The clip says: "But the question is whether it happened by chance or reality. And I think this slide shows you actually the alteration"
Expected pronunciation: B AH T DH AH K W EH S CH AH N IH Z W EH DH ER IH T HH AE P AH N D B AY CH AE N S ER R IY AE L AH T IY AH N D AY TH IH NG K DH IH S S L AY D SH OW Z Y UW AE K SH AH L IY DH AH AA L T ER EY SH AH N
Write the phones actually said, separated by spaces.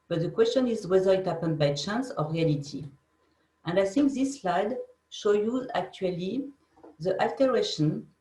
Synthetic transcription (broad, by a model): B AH T DH AH K W EH S CH AH N IH Z W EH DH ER IH T HH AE P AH N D B AY CH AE N S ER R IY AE L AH T IY AH N D AY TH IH NG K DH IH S S L AY D SH OW Y UW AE K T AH L IY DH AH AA L T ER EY SH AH N